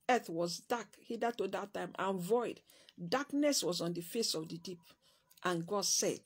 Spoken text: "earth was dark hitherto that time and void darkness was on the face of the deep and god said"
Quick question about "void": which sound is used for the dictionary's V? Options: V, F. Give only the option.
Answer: V